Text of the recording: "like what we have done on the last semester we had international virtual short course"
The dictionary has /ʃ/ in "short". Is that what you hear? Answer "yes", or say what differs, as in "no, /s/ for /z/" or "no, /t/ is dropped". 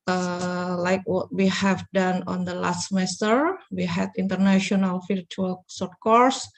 no, /s/ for /ʃ/